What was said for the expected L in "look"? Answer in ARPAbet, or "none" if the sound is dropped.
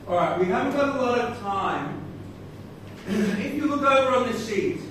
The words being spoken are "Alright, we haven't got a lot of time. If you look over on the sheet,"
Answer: W